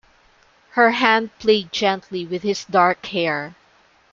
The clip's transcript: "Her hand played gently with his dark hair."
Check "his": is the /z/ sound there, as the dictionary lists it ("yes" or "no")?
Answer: no